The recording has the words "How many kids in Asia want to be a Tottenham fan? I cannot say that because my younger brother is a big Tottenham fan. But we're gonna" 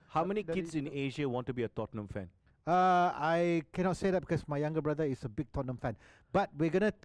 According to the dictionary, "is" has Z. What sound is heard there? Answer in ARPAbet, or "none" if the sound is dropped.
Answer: S